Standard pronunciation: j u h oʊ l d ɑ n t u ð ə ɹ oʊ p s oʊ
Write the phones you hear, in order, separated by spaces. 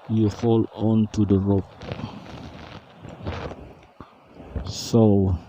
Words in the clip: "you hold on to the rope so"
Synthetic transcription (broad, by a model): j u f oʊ l ɑ n t u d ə ɹ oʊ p s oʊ